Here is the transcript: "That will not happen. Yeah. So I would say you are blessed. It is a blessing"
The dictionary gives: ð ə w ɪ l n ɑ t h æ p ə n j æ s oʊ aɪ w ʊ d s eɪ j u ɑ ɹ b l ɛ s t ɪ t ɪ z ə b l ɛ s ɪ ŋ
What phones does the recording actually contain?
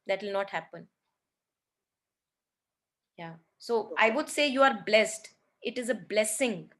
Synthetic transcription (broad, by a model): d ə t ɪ l n ɑ t h æ p ə n j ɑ s oʊ aɪ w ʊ d s eɪ j u ɑ ɹ b l ɛ s t ɪ t ɪ z ə b l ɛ s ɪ ŋ